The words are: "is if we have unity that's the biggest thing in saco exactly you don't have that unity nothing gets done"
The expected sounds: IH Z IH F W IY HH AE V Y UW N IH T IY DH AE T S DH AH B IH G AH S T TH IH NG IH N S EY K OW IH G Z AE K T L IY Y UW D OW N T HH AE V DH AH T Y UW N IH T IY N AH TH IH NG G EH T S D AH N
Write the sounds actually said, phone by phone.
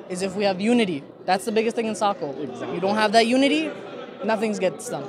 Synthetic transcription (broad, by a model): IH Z IH F W IY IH V Y UW N IH T IY DH AE T S DH AH B IH G AH S T TH IH NG IH N S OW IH K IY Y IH D OW N T HH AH V DH AH T Y UW N IH T IY N AH TH IH NG G EH T S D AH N